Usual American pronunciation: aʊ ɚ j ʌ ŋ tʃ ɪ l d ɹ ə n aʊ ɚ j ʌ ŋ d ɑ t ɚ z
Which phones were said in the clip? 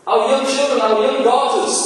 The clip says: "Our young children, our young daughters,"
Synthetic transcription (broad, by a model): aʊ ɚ j ʌ ŋ tʃ ɪ l d ɹ ə n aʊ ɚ j ʌ ŋ d ɑ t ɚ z